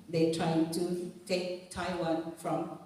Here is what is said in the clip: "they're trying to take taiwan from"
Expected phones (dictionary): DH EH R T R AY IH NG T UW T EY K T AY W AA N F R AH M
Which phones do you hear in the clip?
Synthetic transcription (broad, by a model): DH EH T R AY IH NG T UW T EY K T AY W AA N F R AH M